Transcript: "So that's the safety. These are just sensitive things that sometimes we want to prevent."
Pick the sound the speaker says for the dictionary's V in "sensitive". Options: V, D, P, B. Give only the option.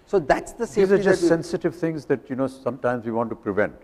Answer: V